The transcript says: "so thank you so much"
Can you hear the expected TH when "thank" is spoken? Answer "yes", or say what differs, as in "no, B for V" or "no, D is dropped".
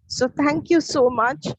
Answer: no, T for TH